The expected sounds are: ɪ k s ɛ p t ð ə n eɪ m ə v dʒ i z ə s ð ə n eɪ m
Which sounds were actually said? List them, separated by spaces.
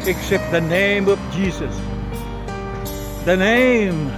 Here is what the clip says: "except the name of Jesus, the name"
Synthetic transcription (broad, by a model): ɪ k s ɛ p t ð ə n eɪ m ə v dʒ i z ə s ð ə n eɪ m